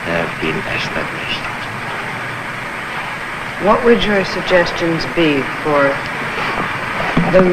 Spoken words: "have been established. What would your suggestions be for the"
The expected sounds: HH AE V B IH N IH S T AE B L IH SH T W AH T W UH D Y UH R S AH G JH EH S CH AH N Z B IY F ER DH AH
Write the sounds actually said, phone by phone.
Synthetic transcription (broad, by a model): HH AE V B IH N IH S T AE B L IH SH T W AH T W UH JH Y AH R S AH G JH EH S CH AH N Z B IY F ER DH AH